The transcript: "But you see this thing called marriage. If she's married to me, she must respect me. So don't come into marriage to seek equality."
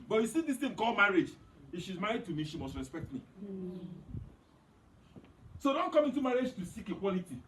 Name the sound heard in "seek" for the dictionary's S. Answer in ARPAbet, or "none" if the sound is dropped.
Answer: S